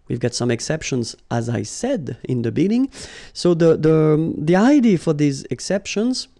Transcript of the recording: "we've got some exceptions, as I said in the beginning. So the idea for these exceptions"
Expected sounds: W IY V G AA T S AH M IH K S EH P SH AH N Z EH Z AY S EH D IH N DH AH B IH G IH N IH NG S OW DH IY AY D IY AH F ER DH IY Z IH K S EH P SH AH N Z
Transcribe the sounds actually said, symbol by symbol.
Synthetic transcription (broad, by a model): W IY V G AA T S AH M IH K S EH P SH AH N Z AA Z AY S EH D IH N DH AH B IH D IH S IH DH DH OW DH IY AY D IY F ER DH IY Z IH K S EH P SH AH N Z